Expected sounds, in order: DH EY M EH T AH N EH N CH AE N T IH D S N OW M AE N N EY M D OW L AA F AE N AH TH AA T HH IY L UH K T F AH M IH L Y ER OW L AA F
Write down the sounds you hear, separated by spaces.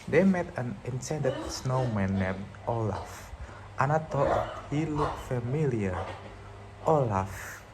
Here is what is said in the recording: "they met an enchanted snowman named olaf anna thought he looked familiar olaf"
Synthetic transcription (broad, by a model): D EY M EH T AH N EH N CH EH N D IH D S N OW M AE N N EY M OW L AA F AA N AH T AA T HH IY L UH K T F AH M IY L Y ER OW L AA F